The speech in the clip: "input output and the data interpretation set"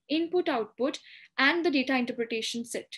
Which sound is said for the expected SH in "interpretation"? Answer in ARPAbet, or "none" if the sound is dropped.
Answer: SH